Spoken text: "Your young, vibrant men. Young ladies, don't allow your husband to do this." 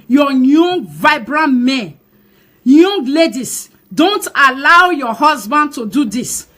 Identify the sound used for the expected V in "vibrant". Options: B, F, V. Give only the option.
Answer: V